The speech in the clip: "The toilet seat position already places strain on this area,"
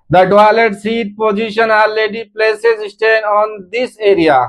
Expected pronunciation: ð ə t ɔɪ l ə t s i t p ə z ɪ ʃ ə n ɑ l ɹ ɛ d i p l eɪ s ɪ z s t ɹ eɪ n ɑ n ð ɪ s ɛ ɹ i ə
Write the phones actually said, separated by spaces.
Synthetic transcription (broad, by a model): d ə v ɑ l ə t s i t p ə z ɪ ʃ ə n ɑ l ɛ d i p l eɪ s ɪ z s t eɪ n ɑ n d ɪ s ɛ ɹ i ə